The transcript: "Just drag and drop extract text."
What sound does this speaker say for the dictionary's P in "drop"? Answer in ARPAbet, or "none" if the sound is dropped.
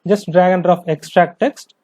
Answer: F